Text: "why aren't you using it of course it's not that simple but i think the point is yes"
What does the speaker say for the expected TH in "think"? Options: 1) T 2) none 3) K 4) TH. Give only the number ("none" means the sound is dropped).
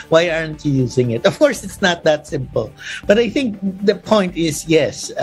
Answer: 4